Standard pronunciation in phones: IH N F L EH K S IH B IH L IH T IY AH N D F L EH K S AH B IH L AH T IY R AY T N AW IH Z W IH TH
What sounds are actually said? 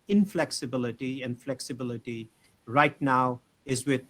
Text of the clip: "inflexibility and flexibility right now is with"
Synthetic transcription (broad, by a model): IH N F L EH K S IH B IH L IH T IY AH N F L EH K S AH B IH L AH T IY R AY T N AW IH Z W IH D